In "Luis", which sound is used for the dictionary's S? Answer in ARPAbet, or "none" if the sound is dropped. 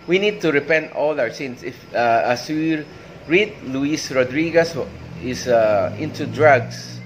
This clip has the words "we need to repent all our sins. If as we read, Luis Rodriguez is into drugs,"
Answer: S